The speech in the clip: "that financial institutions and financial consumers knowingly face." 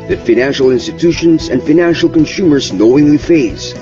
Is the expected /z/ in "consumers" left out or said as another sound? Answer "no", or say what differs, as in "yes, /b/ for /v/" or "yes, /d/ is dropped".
no